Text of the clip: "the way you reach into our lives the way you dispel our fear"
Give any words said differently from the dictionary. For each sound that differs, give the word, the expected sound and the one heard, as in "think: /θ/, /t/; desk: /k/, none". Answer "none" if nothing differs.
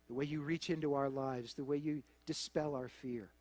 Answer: none